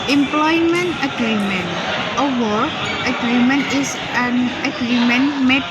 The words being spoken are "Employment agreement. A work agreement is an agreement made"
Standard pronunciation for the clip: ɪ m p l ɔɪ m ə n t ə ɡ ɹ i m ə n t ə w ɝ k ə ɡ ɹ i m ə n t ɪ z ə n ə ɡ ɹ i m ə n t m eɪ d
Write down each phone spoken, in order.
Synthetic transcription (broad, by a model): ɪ m p l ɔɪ m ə n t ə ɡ ɹ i m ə n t ə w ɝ ə ɡ ɹ i m ə n t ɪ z ə n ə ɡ ɹ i m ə n m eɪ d